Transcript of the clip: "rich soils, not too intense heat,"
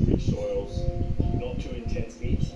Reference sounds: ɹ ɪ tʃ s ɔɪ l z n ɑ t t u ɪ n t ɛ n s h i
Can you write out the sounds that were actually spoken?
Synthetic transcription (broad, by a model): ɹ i s ɔɪ l z n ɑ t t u ɪ n t ɛ n s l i